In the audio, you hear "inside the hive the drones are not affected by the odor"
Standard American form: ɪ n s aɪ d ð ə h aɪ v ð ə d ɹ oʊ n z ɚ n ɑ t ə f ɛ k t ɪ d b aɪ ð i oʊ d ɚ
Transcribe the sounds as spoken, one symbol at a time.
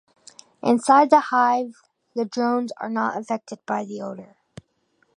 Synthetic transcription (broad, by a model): ɪ n s aɪ d ð ə h aɪ v ð ə d ɹ oʊ n z ɚ n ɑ t ə f ɛ k t ɪ d b aɪ ð i oʊ d ɚ